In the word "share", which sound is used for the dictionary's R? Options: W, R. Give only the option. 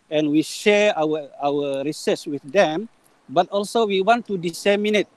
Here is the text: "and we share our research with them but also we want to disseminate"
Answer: W